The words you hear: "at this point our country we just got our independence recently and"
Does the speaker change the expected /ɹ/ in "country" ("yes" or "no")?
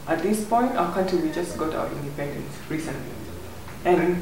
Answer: yes